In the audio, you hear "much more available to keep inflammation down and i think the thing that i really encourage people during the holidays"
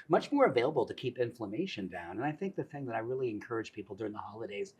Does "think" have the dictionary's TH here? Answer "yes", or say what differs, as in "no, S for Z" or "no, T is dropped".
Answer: yes